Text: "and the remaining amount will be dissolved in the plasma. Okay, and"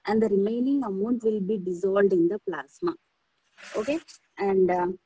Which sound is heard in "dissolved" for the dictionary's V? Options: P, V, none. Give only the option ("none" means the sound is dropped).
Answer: none